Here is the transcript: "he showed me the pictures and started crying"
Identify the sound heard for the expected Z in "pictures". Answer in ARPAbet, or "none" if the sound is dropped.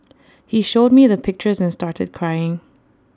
Z